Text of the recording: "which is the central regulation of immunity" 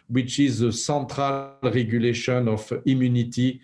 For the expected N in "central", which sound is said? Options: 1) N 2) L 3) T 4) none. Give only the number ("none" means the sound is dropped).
4